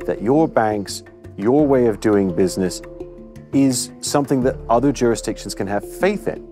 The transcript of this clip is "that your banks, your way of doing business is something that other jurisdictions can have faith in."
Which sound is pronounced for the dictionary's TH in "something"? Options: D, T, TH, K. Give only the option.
TH